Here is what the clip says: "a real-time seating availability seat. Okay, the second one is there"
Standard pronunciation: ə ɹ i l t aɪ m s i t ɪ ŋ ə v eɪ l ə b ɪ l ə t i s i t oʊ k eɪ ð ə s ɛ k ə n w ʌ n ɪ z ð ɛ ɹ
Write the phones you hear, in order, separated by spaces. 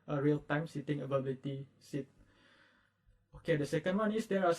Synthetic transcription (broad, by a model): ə ɹ i l t aɪ m s i t ɪ ŋ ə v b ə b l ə t i s i t oʊ k eɪ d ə s ɛ k ə n w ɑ n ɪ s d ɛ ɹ